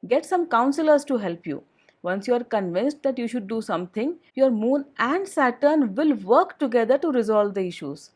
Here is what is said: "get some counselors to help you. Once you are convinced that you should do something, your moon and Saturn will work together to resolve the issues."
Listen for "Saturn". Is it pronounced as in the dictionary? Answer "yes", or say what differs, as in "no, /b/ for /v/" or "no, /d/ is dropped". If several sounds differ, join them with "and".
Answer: yes